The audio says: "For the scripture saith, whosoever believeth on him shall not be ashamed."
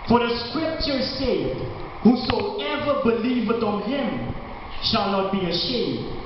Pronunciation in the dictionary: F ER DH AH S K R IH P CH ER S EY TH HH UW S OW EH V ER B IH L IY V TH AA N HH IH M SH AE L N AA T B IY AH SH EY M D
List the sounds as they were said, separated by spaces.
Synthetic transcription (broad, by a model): F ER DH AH S K R IH P CH ER S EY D HH UW S OW EH V ER B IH L IY V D AA N HH IH M SH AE L N AA T B IY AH SH EY M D